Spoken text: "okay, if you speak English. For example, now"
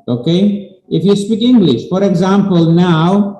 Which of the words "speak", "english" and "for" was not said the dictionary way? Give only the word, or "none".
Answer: none